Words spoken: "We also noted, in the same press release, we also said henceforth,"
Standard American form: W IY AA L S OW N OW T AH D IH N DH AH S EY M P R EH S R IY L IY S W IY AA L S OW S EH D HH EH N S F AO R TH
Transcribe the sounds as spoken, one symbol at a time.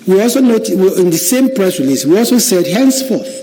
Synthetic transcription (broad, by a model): W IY AA L S OW N OW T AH IH N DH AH S EY M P R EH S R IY L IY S W IY AA L S OW S EH D HH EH N S F AO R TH